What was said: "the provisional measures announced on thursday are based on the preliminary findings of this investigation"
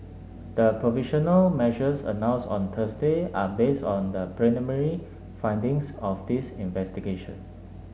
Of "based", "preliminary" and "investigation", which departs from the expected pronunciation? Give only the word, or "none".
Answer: preliminary